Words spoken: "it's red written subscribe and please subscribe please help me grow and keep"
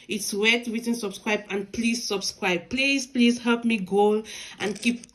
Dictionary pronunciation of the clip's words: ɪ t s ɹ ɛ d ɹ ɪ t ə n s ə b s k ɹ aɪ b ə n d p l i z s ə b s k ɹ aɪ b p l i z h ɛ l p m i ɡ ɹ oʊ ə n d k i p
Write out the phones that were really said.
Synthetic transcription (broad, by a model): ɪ t s w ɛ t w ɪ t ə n s ə b s k ɹ aɪ b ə n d p l i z s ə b s k ɹ aɪ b p l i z h ɛ l p m i ɡ oʊ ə n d k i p